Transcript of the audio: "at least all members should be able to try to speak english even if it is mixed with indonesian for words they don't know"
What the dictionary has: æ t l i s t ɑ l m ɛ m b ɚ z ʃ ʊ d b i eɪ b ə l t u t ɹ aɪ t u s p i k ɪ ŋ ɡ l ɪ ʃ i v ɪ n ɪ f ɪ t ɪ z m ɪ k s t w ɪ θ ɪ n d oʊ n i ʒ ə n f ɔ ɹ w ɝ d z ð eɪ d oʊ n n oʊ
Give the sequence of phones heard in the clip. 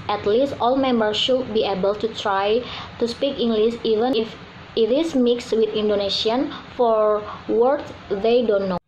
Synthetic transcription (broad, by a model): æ t l i s t ɑ l m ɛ m b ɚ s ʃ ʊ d b i eɪ b ə l t u t ɹ aɪ t u s p i k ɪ ŋ ɡ l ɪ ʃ i v ɪ n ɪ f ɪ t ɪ s m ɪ k s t w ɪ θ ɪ n d oʊ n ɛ ʃ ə n f ɔ ɹ w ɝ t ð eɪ d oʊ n n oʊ